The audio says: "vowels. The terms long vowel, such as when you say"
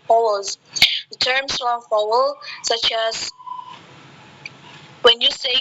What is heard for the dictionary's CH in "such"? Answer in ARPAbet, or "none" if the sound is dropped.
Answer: CH